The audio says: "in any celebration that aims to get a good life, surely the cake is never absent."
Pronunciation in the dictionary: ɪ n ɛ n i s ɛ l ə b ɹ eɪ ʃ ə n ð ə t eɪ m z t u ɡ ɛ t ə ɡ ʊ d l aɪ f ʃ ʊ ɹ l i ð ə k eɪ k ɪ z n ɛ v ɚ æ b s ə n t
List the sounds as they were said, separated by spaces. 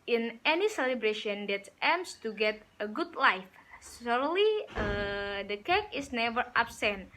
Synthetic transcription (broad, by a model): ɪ n ɛ n i s ɛ l ə b ɹ eɪ ʃ ə n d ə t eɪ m s t u ɡ ɛ t ə ɡ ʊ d l aɪ f s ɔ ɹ l i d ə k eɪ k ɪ s n ɛ v ɚ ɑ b s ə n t